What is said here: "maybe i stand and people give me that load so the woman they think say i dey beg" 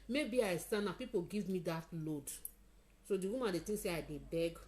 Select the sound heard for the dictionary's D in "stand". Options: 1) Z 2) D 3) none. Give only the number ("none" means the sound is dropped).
3